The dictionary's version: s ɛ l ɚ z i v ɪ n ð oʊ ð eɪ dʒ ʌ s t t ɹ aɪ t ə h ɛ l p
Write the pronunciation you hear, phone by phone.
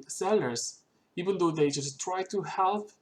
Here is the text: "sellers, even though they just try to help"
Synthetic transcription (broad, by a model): s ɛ l ɚ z i v ɪ n ð oʊ ð eɪ dʒ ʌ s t t ɹ aɪ t ə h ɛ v